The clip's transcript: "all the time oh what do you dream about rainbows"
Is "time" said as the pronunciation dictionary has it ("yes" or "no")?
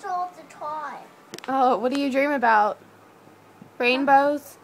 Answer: no